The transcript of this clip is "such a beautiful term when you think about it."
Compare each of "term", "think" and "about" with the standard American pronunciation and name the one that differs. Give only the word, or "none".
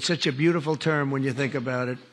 none